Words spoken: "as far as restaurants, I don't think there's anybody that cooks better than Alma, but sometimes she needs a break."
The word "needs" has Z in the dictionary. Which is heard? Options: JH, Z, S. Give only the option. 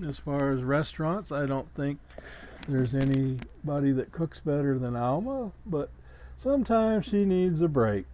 Z